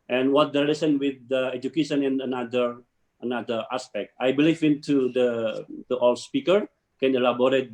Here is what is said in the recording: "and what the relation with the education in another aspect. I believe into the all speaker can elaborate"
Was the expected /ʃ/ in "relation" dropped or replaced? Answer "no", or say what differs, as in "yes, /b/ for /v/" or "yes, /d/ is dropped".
yes, /s/ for /ʃ/